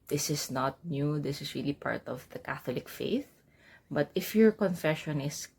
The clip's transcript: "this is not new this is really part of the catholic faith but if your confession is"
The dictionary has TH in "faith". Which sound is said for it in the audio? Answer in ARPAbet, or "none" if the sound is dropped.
TH